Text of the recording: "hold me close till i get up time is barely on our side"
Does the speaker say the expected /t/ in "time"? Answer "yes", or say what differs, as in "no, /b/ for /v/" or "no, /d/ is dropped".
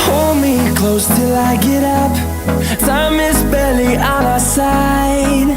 no, /s/ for /t/